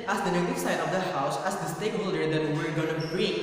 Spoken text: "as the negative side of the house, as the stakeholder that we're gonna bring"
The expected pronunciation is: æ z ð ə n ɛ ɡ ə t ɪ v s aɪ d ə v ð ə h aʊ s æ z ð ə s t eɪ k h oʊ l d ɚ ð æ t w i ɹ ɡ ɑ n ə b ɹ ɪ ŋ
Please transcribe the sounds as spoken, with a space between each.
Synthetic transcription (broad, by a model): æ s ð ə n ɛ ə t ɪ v s aɪ d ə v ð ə h aʊ s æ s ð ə s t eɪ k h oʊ l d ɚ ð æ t w i ɹ ɡ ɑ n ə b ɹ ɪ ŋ